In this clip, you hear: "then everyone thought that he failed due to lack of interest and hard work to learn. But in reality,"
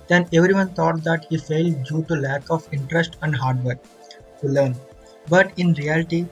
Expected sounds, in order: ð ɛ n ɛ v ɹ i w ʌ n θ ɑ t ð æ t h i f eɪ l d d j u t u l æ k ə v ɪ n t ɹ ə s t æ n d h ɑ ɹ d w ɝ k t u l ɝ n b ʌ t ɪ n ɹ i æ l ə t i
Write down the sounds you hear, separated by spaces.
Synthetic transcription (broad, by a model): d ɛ n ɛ v ɹ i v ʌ n t ɑ t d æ t h i f eɪ l d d j u t u l æ k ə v ɪ n t ɹ ə s t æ n d h ɑ ɹ d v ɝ k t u l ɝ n b ʌ t ɪ n ɹ i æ l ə t i